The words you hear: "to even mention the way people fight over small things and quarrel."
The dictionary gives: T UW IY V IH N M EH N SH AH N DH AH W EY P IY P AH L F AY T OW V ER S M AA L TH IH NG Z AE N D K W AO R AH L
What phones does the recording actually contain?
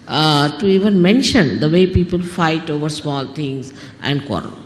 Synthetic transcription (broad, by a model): T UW IY V IH N M EH N SH AH N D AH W EY P IY P AH L F AY T OW V ER S M AA L T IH NG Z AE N D K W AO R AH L